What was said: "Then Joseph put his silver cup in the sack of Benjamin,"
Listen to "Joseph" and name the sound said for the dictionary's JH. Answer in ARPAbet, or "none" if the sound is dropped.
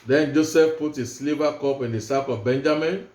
JH